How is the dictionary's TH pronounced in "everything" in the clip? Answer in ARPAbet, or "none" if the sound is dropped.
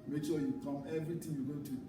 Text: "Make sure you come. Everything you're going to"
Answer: T